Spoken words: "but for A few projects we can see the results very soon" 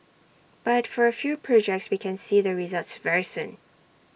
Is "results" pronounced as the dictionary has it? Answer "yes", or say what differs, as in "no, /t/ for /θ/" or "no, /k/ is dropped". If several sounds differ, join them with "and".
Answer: yes